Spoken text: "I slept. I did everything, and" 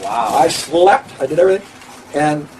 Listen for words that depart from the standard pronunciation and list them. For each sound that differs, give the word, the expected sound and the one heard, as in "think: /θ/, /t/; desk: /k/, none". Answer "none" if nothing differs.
none